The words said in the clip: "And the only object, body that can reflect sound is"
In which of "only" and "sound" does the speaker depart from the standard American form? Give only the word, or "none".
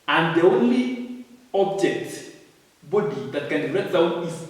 sound